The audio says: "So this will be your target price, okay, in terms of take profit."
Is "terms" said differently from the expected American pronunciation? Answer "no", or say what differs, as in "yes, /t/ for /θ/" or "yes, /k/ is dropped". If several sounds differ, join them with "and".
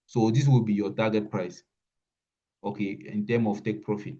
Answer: yes, /z/ is dropped